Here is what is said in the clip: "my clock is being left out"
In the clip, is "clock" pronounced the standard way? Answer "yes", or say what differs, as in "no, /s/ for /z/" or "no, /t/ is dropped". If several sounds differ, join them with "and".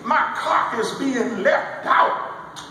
no, /l/ is dropped